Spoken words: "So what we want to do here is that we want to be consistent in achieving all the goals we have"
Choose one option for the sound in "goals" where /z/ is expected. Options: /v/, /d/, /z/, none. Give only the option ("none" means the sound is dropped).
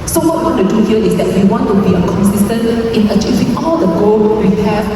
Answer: none